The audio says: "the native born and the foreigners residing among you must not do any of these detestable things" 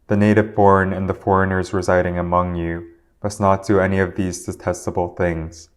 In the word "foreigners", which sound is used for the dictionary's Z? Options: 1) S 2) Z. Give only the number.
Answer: 2